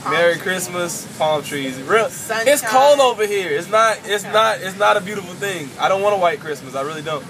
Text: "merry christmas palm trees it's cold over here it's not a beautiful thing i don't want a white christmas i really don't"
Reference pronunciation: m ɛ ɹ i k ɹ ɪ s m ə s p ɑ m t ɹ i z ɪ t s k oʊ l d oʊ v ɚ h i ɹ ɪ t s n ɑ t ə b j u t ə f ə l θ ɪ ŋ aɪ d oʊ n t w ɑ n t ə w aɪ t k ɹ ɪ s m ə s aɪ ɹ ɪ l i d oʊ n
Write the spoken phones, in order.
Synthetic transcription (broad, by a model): m ɛ ɹ i k ɹ ɪ s m ə s p ɑ m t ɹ i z ɪ t s k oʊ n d oʊ v ɚ h i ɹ ɪ t s n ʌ t ə b j u t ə f l θ ɪ ŋ aɪ d oʊ n t w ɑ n ə w aɪ t k ɹ ɪ s m ə s aɪ ɹ ɪ l i d oʊ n